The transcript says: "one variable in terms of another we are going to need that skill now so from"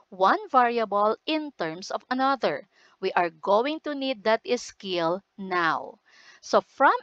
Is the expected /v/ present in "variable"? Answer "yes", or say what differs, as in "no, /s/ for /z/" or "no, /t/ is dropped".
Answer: yes